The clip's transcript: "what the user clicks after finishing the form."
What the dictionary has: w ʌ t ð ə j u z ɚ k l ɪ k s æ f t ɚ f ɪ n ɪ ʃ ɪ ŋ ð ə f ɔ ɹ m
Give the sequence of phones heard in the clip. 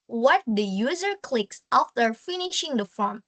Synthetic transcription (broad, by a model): w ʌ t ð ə j u z ɚ k l ɪ k s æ f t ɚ f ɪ n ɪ ʃ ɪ ŋ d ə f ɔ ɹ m